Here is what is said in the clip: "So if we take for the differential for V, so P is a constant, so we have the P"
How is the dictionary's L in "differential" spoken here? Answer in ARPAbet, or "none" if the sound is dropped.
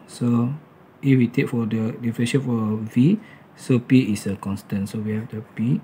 N